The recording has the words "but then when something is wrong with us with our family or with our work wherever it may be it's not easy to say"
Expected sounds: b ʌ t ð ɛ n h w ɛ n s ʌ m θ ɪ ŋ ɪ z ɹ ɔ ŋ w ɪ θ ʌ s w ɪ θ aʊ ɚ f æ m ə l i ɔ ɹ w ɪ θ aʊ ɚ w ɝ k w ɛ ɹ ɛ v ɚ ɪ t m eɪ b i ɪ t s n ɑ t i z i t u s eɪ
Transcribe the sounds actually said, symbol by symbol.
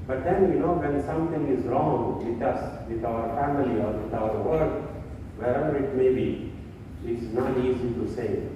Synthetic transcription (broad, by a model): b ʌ t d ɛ n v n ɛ n s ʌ m t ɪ ŋ ɪ z ɹ ɔ ŋ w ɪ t ʌ s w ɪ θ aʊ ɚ f æ m ə l i ɔ ɹ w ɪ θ aʊ ɚ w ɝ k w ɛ ɹ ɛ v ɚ ɪ t m eɪ b i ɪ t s n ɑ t i z i t u s eɪ